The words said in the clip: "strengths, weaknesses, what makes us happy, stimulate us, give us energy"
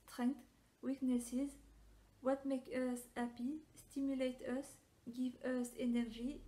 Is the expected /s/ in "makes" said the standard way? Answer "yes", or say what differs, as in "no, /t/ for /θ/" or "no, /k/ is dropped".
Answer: no, /s/ is dropped